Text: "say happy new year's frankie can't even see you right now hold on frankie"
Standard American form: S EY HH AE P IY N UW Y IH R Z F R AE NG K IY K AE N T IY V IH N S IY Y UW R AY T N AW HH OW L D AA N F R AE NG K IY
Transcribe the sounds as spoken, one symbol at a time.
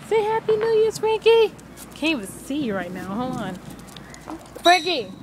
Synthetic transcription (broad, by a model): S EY HH AE P IY N UW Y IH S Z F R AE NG K IY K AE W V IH S IY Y R AY T N AW HH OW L AA N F R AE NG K IY